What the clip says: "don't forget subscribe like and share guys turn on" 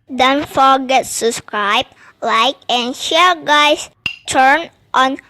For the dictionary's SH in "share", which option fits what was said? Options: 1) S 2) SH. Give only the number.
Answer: 2